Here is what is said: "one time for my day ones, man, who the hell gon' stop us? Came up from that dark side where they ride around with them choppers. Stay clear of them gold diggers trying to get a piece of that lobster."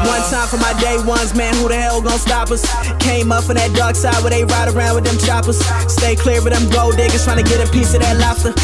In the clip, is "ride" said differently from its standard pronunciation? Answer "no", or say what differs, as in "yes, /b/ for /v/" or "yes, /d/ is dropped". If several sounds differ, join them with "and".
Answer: no